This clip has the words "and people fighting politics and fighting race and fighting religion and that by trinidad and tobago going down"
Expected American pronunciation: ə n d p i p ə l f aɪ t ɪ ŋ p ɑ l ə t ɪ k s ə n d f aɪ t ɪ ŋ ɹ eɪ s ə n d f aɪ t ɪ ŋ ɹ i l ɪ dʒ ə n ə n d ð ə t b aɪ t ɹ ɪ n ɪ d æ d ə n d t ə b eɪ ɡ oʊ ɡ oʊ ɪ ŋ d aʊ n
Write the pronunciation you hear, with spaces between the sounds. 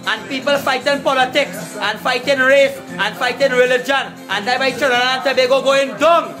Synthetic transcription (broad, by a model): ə n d p i p ə l f aɪ t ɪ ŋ p ɑ l ə t ɪ k s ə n f aɪ t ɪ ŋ ɹ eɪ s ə n f aɪ t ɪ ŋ ɹ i l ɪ dʒ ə n ə n d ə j b aɪ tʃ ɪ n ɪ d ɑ ə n t ə b eɪ ɡ oʊ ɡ oʊ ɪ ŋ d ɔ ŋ